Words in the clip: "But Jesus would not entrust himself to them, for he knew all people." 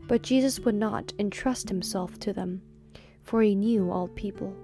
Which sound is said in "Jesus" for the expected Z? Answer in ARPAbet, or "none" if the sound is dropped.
Z